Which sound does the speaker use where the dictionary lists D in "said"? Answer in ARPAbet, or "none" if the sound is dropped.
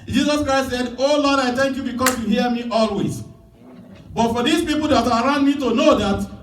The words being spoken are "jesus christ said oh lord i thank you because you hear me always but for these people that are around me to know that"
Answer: D